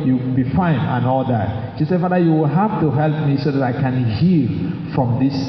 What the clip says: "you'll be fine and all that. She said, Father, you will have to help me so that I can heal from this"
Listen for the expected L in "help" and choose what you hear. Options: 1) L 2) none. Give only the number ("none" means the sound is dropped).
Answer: 1